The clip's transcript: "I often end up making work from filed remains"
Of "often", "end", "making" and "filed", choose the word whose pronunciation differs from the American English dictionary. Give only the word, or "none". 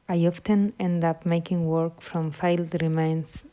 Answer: none